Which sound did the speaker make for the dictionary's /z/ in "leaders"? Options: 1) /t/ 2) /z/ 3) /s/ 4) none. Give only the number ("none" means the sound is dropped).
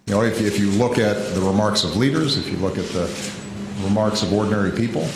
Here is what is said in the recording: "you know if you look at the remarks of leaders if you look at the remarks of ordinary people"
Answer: 2